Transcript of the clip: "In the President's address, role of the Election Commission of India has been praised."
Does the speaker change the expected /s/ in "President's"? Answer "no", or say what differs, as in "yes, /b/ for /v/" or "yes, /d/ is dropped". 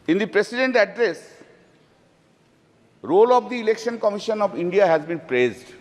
yes, /s/ is dropped